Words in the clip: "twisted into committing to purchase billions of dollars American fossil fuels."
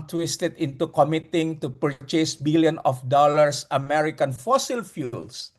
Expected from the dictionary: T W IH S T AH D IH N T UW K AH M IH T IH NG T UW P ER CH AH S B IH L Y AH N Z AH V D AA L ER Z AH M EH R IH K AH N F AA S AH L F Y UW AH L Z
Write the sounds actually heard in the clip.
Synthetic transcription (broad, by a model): T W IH S T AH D IH N T UW K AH M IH T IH NG T UW P ER CH AH S B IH L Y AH N AH F D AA L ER S AH M EH R IH K AH N F AA S AH L F Y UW L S